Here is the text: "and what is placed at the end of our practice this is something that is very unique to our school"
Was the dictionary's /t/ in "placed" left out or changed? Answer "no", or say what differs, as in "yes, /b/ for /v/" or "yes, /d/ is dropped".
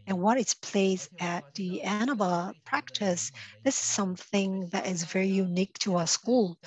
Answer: yes, /t/ is dropped